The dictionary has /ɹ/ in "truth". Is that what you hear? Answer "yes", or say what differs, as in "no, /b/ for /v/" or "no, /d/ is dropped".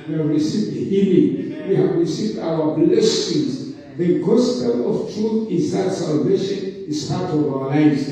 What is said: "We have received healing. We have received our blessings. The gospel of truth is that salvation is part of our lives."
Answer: yes